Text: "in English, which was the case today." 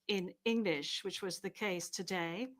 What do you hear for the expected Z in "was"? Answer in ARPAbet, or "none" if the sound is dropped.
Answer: Z